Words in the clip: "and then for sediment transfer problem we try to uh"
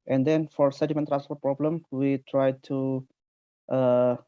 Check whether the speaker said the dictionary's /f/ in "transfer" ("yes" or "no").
no